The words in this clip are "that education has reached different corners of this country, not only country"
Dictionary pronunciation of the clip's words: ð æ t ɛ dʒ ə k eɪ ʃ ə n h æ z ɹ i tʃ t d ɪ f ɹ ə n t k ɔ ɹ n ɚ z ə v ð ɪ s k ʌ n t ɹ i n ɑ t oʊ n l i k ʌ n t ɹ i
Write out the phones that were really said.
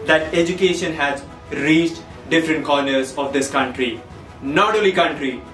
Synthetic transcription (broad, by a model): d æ t ɛ dʒ ə k eɪ ʃ ə n h æ z ɹ i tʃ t d ɪ f ɹ ə n t k ɔ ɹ n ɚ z ə v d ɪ s k ʌ n t ɹ i n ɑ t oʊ l i k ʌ n t ɹ i